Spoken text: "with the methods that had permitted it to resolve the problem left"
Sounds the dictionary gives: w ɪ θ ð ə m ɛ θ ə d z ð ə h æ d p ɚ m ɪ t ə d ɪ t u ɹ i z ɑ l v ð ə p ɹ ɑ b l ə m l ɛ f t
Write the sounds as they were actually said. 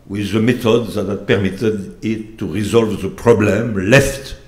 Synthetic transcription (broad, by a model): w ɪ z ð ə m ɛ t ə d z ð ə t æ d p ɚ m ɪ t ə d ɪ t u ɹ i z ɑ l v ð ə p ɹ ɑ b l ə m l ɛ f t